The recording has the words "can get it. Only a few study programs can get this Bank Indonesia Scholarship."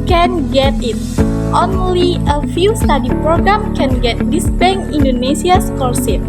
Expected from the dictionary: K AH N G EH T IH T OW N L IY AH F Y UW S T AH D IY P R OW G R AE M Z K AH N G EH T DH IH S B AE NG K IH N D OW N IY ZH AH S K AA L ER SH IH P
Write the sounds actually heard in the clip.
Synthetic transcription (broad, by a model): K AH N G EH T IH T OW N L IY AH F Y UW S T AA D IY P R OW G R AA M K AH N G EH T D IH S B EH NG IY N D OW N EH S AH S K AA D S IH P